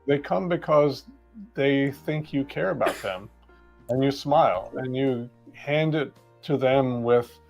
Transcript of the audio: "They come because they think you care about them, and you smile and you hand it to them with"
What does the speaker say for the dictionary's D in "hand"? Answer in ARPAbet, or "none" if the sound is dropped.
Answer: D